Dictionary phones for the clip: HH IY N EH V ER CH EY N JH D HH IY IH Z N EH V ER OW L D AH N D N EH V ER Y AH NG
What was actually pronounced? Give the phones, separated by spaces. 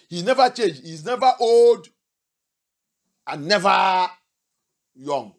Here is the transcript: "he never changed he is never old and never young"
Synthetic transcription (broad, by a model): HH IY N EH V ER CH EY N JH HH IY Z N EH V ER OW L D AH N N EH V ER Y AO NG